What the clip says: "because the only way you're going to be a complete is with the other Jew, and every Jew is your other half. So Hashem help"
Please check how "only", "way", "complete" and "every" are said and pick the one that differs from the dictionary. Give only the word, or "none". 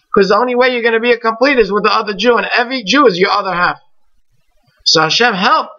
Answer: none